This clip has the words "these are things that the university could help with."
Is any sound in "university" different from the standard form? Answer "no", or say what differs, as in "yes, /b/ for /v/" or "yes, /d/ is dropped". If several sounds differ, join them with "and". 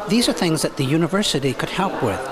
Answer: no